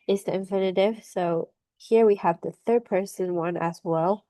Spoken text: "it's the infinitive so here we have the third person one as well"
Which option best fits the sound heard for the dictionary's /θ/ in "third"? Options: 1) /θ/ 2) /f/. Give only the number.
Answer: 1